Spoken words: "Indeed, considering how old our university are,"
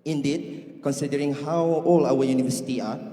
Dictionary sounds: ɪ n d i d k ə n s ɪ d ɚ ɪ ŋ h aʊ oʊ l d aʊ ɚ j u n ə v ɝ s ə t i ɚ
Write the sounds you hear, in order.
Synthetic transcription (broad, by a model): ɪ n d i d k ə n s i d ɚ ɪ ŋ h aʊ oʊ l aʊ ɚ j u n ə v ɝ s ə t i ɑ